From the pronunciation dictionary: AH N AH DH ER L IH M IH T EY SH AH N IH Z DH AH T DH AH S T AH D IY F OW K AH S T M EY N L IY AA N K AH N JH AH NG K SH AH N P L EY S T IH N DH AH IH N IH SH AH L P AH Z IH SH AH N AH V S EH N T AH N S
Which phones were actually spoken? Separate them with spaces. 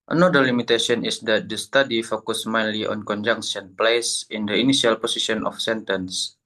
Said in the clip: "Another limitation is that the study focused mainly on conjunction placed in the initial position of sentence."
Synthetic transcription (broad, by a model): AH N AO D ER L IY M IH T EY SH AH N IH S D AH T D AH S T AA D IY F OW K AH S M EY N L IY AA N K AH N JH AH NG K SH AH N P L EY S IH N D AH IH N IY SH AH L P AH S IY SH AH N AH F S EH N T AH N S